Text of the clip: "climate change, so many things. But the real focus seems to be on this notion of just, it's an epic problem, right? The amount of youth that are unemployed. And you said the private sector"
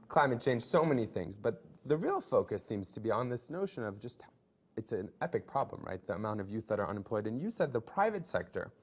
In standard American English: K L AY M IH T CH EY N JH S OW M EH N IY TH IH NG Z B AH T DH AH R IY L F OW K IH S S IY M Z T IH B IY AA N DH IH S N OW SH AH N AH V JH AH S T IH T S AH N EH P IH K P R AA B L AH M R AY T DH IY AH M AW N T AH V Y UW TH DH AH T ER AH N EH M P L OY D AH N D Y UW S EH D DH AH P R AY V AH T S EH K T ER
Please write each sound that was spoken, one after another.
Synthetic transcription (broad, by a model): K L AY M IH T CH EY N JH S OW M EH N IY TH IH NG Z B AH T DH AH R IY L F OW K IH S S IY M Z T IH B IY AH N DH IH S N OW SH AH N AH V JH AH S T IH T S AH N EH P IH K P R AA B L AH M R AY T DH IY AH M AW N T AH V Y UW TH DH AH T ER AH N M P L OY D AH N Y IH S EH D DH AH P R AY V AH T S EH K T ER